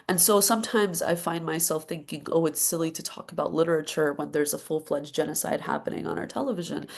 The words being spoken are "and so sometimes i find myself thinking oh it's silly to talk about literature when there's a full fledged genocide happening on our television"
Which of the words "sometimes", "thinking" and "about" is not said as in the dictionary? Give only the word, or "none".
none